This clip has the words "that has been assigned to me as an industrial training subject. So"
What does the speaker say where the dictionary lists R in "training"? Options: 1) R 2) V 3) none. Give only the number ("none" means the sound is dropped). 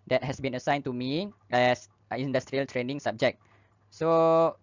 1